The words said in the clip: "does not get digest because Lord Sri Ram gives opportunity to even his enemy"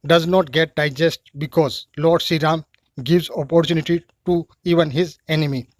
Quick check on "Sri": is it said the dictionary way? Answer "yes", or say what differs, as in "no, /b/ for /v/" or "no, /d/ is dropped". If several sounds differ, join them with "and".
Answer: no, /ɹ/ is dropped